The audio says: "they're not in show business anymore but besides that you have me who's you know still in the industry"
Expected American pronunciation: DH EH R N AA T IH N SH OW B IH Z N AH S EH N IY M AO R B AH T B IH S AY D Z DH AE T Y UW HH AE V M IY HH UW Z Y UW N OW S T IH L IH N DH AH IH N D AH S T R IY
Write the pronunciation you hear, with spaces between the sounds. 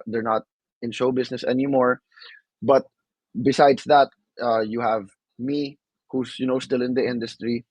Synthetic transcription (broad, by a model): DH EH R N AA T IH N SH OW B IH S N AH S EH N IY M AO R B AH T B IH S AY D S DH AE T Y UW HH AE V M IY HH UW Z Y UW N OW S T IH L IH N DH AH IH N D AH S T R IY